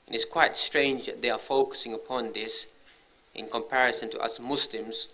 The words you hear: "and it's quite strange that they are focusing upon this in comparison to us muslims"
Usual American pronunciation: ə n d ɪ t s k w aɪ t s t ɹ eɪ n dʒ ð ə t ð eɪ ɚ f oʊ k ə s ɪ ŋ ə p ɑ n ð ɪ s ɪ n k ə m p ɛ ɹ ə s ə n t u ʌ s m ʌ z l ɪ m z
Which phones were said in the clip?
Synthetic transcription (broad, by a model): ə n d ɪ t s k w aɪ t s t ɹ eɪ n dʒ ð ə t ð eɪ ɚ f oʊ k ə s ɪ ŋ ə p ɑ n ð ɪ s ɪ n k ə m p ɛ ɹ ə s ə n t u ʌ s m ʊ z l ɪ m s